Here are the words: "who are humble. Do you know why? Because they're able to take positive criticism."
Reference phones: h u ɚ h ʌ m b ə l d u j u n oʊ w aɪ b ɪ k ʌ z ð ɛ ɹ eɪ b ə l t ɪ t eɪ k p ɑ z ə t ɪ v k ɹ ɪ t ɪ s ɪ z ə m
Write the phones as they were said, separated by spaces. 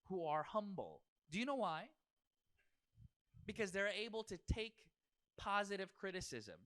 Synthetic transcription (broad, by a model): h u ɚ h ʌ m b l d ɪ j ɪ n oʊ w aɪ b ɪ k ʌ z ð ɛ ɹ eɪ b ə l t ɪ t eɪ k p ɑ z ə t ɪ v k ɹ ɪ t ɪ s ɪ z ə m